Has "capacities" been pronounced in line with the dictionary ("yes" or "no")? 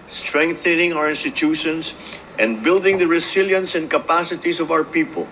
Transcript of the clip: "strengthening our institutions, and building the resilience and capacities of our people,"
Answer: no